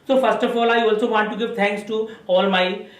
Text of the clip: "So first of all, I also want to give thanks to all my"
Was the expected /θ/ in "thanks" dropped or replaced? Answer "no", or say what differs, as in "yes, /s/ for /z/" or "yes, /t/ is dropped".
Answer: yes, /t/ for /θ/